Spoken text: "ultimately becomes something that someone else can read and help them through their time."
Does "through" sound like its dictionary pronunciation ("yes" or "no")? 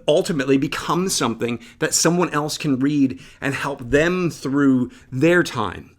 yes